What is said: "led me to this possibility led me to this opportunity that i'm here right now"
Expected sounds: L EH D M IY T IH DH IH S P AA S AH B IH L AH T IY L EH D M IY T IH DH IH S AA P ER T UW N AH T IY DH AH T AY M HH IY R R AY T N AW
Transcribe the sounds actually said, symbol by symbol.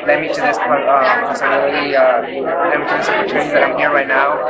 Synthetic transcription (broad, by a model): L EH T M IY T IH DH IH S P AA AH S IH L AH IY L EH M IY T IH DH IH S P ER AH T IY DH AH T AY M HH IY R R AY T N AW